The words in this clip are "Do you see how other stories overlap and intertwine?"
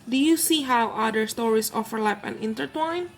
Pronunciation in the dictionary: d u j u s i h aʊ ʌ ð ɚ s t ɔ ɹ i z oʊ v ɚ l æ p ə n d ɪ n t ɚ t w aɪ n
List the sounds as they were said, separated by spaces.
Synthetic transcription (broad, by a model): d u j u s i h aʊ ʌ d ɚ s t ɔ ɹ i s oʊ f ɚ l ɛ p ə n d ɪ n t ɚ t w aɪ n